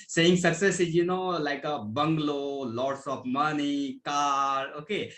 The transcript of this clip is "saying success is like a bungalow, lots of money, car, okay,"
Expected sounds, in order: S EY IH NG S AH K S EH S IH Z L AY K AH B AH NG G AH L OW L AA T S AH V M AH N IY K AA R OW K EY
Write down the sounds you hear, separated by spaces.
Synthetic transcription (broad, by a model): S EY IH NG S AH K S EH S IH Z L AY K AH B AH NG G L OW L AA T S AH P M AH N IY K AA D OW K EY